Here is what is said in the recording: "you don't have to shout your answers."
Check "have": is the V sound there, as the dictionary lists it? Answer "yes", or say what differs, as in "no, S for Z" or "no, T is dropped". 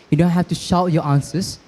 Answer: no, F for V